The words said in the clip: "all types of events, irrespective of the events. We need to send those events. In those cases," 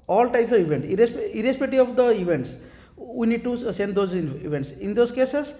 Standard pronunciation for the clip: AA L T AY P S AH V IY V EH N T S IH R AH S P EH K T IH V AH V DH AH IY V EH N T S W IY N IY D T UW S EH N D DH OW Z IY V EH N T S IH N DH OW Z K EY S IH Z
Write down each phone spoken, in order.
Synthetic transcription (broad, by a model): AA L T AY P S AH V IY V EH N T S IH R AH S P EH T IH AH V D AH IY V EH N T S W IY N IY D T UW S EH N D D OW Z IY V EH N T S IH N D OW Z K EY S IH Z